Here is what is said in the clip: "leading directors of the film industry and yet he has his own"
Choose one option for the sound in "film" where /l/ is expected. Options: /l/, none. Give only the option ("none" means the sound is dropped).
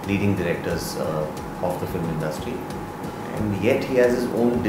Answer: /l/